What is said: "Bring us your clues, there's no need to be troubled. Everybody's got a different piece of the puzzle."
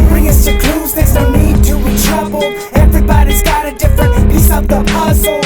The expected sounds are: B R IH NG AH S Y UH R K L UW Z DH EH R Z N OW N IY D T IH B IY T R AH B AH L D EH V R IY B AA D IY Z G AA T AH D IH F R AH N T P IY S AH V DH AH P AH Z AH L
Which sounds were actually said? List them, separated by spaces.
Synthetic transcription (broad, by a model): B R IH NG AH S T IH K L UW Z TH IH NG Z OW N IY D T IH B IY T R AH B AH L EH V R IY B AA D IY Z G AA T AH D IH F R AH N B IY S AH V DH AH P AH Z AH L